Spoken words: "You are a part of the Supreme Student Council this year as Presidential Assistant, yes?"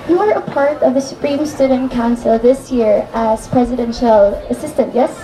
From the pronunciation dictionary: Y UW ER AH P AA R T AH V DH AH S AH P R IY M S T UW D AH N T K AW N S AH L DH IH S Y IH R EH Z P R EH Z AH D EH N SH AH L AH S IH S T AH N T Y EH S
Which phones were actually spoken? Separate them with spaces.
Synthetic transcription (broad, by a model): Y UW ER AH P AA R T AH V DH AH S AH P R IY M S T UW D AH N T K AW N S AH L DH IH S Y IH R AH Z P R EH Z AH D EH N SH AH L AH S IH S T AH N T Y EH S